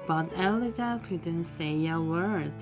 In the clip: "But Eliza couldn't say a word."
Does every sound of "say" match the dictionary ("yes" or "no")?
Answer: yes